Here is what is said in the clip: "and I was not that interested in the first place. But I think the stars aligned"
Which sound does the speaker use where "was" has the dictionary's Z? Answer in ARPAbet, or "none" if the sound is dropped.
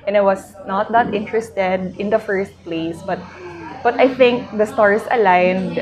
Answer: S